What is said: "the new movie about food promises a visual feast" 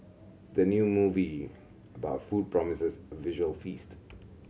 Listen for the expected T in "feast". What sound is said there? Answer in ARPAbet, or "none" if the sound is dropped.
T